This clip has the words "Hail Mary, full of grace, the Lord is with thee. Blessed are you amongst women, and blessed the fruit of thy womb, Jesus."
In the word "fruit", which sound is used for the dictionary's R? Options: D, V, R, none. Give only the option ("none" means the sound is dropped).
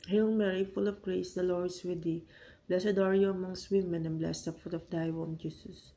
none